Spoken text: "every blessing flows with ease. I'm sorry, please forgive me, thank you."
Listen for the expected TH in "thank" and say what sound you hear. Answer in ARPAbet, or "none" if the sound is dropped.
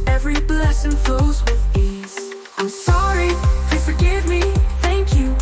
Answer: TH